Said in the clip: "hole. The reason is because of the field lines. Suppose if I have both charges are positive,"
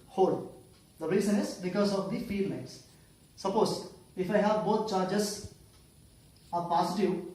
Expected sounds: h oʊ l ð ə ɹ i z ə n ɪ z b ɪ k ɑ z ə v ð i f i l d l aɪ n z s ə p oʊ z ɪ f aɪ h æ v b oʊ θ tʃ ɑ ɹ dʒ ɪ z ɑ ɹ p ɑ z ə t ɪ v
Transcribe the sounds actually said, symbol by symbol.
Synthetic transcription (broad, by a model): h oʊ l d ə ɹ i z ə n ɪ z b ɪ k ɑ z ə v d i f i d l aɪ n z s ə p oʊ z ɪ f aɪ h æ v b oʊ t tʃ ɑ ɹ dʒ ɪ z ɑ ɹ p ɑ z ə t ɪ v